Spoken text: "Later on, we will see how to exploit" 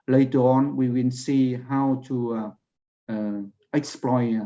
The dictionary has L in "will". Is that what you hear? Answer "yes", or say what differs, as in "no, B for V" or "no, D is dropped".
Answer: no, N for L